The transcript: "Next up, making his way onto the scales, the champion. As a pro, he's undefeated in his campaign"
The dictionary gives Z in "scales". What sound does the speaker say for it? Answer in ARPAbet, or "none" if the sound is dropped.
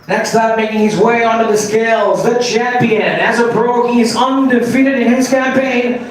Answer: Z